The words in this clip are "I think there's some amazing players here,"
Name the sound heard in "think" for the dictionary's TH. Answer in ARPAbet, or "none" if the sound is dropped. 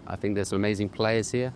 TH